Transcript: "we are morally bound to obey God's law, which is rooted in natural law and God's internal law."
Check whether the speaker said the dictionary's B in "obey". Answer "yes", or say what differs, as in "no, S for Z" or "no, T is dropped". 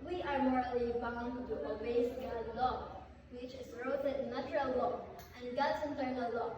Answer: no, B is dropped